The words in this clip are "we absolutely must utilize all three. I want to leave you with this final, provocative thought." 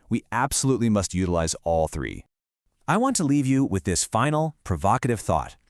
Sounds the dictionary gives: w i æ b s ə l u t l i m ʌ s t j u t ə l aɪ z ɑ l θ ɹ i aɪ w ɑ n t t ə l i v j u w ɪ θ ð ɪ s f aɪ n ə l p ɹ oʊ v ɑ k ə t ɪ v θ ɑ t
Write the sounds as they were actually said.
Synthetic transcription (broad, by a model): w i æ b s ə l u t l i m ʌ s t j u t ə l aɪ z ɑ l θ ɹ i aɪ w ɑ n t t ə l i v j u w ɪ ð ɪ s f aɪ n l p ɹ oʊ v ɑ k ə t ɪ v θ ɑ t